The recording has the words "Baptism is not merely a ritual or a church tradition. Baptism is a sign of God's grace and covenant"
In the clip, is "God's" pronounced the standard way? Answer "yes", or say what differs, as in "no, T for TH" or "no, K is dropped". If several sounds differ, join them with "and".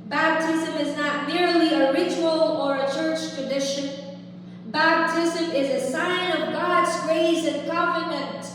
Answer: yes